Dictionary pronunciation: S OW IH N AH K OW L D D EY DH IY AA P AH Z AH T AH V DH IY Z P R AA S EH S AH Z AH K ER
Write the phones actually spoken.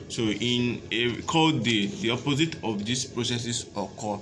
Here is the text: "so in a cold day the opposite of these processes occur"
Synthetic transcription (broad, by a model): S OW IH N AH K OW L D D EY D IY AA P AH Z AH T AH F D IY S P R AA S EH S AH S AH K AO